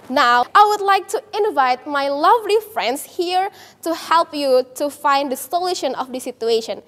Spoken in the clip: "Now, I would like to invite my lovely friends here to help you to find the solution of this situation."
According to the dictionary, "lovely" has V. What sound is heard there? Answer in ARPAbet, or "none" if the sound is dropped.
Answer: V